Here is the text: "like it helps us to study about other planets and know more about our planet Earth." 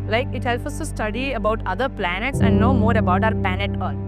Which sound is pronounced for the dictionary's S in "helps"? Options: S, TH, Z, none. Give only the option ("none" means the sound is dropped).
none